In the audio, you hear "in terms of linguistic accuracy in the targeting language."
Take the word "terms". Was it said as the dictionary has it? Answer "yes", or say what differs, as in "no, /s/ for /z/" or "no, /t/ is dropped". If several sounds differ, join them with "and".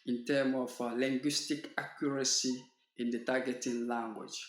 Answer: no, /z/ is dropped